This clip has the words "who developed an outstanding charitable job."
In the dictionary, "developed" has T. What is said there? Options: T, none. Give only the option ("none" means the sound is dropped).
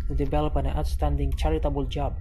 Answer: none